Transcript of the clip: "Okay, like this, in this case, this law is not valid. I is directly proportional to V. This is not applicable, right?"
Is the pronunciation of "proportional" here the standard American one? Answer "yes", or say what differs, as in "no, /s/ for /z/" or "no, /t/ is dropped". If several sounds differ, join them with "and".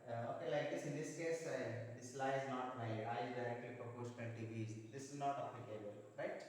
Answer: no, /n/ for /l/